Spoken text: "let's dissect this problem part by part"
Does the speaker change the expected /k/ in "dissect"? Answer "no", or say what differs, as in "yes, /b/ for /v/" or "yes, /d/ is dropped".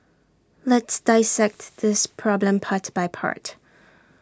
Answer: no